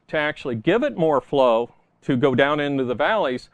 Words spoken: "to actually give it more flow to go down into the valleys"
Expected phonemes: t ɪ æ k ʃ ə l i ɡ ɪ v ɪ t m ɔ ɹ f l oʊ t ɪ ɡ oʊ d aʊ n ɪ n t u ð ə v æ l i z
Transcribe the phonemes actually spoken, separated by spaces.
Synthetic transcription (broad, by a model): t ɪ æ k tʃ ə l i ɡ ɪ v ɪ t m ɔ ɹ f l oʊ t ɪ ɡ oʊ d aʊ n ɪ n t u ð ə v æ l i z